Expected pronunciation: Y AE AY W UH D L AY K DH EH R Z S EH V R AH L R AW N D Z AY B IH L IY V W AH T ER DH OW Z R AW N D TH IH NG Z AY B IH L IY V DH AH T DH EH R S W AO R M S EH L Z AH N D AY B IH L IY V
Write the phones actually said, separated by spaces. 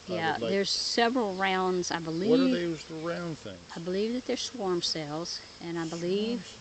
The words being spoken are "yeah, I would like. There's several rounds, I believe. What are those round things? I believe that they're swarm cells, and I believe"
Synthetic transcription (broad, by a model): Y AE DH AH R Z S EH V R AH L R AW N D Z AY B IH L IY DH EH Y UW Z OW R AW N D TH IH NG AY B IH L IY V DH AH T DH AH R S W AO R M S EH L Z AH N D AY B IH L IY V